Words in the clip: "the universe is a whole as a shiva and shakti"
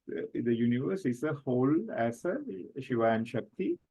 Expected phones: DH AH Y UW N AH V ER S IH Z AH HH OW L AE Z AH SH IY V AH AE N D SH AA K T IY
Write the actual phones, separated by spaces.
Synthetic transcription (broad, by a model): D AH Y UW N AH V ER S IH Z AH HH OW L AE S AH SH IY V AH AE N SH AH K T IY